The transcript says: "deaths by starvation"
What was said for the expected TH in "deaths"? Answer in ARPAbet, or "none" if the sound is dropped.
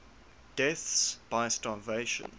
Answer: TH